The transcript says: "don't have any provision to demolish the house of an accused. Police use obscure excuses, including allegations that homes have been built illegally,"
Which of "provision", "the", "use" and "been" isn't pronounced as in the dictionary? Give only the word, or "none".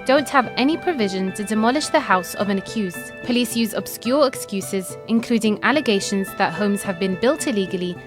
none